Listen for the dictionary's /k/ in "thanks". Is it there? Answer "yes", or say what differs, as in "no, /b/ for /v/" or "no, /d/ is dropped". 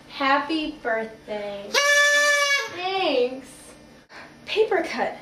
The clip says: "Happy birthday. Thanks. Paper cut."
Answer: no, /k/ is dropped